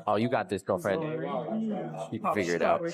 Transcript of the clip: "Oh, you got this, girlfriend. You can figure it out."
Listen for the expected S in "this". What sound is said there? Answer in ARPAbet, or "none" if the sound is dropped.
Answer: S